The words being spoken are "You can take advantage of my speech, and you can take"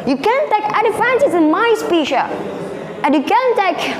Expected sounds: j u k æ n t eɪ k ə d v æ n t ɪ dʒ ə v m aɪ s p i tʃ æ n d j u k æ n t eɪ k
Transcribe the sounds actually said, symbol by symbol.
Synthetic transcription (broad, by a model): j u k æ n t eɪ k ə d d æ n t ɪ z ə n m aɪ s p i ʃ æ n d j u k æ n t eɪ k